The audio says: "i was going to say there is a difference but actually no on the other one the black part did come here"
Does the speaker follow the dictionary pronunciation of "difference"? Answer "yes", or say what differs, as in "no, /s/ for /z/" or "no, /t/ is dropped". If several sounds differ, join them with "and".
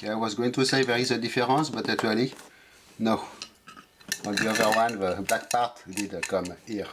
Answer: no, /n/ is dropped